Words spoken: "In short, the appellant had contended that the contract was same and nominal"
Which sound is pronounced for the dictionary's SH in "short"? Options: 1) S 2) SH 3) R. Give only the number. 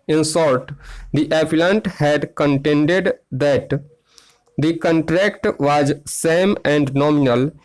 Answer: 1